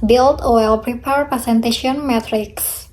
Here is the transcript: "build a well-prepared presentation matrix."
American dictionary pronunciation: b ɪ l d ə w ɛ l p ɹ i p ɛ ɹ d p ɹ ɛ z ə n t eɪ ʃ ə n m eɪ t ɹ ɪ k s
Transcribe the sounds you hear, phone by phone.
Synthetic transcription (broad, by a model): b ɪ l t ə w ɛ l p ɹ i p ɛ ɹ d p ɛ s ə n t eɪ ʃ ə n m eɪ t ɹ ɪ k s